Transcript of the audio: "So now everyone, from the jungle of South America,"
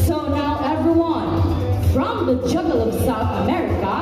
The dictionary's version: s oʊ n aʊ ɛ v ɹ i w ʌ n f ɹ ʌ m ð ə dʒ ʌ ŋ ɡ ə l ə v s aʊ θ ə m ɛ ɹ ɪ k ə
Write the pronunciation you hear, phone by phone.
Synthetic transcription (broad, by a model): s oʊ n aʊ ɛ v ɹ i w ʌ n f ɹ ʌ m ð ə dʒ ʌ ɡ l ə v s aʊ θ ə m ɛ ɹ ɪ k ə